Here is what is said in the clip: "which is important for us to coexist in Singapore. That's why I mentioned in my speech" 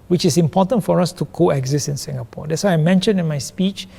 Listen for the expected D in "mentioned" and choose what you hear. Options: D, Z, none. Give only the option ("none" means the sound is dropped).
none